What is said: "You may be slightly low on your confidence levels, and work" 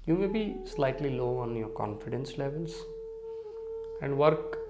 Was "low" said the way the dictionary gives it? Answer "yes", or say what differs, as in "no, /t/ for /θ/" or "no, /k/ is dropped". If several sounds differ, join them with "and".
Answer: yes